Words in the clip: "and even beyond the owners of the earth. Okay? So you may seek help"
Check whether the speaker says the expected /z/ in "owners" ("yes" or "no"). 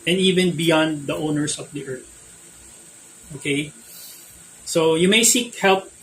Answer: no